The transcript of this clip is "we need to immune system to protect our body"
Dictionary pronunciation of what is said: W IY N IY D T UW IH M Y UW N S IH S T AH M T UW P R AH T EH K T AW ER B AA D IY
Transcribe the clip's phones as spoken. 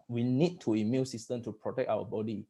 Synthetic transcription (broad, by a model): W IY N IY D T UW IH M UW L S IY S T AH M T UW P R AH T EH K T AW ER B AA D IY